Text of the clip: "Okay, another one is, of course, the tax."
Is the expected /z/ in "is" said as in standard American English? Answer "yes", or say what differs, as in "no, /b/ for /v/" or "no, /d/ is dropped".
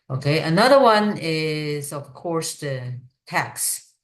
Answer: yes